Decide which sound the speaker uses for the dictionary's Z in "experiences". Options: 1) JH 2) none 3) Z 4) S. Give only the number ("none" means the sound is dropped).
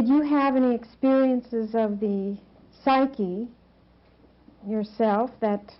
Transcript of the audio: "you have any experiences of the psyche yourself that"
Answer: 3